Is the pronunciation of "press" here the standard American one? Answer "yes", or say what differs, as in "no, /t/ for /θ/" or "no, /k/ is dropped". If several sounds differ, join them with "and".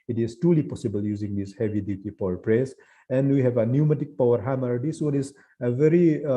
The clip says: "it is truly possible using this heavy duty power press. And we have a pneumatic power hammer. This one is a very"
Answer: yes